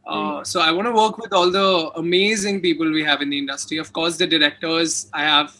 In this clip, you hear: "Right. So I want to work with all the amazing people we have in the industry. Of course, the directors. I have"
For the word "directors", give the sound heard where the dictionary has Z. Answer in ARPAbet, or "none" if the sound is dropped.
Z